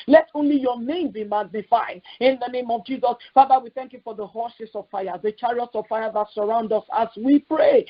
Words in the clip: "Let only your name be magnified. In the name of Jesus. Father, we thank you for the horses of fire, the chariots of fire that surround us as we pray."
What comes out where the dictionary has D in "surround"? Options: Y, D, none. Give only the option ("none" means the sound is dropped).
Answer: D